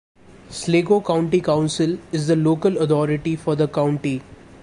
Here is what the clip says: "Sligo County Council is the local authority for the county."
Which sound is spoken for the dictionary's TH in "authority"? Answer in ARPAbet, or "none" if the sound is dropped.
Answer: T